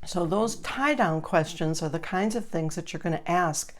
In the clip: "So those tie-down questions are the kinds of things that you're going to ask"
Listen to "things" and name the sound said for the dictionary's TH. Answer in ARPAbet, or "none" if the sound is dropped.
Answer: TH